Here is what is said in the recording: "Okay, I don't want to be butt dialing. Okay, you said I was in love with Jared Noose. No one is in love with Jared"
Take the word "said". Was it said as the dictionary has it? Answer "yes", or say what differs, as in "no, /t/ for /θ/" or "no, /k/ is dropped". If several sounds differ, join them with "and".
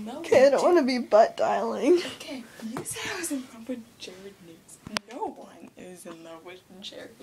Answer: no, /d/ is dropped